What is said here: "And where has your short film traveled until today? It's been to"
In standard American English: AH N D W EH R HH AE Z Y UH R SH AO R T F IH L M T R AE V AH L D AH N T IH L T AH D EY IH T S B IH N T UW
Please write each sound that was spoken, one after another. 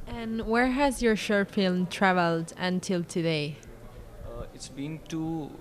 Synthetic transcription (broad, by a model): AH N W EH R HH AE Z Y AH R SH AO R F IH L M T R AE V AH L D AH N T IH L T AH D EY IH T S B IH N T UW